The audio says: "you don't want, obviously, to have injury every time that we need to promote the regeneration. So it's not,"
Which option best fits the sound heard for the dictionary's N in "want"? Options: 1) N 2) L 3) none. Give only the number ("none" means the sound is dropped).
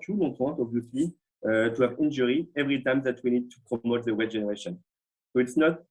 3